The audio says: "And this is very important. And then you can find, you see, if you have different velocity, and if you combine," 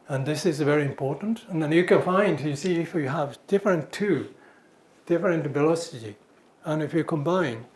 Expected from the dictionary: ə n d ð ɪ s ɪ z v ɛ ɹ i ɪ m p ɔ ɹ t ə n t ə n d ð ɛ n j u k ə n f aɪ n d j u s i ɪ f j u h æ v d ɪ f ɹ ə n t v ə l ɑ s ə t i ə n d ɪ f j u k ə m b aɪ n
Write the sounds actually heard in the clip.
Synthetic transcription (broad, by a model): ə n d ð ɪ s ɪ z v ɛ ɹ i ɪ m p ɔ ɹ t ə n t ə n ð ɛ n j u k ə n f aɪ n d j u s i ɪ f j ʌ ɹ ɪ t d ɪ f ɹ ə n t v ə l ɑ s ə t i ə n ɪ f j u k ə m b aɪ n